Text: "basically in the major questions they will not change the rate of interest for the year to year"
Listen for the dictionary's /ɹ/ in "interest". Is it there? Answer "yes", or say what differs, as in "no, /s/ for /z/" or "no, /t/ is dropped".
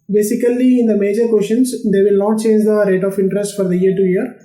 yes